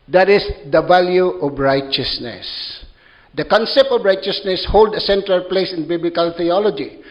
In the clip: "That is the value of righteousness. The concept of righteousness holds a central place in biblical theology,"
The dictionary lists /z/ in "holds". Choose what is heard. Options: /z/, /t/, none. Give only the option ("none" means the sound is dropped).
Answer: none